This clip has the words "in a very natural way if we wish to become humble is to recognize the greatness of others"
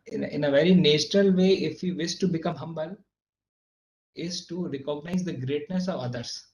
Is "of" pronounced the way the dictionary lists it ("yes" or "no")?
yes